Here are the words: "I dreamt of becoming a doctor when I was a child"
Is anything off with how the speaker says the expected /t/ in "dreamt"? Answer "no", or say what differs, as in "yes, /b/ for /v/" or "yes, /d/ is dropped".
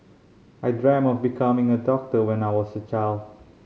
yes, /t/ is dropped